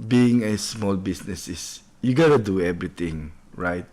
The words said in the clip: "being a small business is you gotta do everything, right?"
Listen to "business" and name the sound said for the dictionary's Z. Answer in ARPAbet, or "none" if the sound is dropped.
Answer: S